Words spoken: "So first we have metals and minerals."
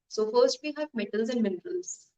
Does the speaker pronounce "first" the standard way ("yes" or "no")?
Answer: yes